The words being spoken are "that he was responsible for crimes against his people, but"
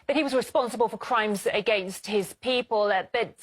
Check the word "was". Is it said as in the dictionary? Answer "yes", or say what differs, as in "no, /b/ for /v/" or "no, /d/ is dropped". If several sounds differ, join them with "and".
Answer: yes